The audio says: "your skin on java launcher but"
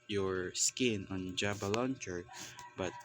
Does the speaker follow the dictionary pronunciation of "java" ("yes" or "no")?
no